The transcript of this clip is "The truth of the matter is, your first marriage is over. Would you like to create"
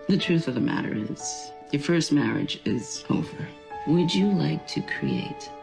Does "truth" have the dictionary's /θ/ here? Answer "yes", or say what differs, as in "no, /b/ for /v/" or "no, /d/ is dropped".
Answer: yes